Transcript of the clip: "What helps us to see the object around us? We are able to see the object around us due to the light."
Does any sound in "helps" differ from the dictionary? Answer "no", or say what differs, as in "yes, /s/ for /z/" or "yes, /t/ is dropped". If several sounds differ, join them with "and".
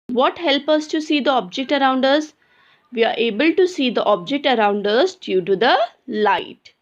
yes, /s/ is dropped